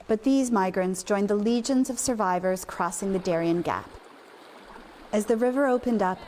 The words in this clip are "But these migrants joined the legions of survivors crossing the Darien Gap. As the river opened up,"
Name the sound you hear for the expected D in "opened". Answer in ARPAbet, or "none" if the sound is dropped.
D